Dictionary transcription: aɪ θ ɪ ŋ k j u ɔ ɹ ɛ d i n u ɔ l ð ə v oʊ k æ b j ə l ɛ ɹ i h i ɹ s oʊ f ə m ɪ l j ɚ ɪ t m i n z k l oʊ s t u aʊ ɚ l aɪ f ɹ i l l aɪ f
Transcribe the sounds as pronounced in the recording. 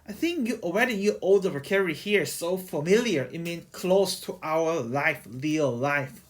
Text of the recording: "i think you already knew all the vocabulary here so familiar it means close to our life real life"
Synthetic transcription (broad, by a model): aɪ θ ɪ ŋ k j u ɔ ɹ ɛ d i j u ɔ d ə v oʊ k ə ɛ ɹ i h i ɹ s oʊ f ə m ɪ l j ɚ ɪ t m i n k l oʊ s t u aʊ ɚ l aɪ f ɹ i l l aɪ f